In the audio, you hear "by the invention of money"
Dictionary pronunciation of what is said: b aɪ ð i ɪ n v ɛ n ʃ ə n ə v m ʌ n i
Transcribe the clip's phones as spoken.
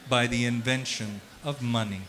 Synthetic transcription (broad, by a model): b aɪ ð i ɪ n v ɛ n ʃ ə n ə v m ʌ n i